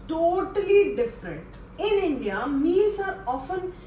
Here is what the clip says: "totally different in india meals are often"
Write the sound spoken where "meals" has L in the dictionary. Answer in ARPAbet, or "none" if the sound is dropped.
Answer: none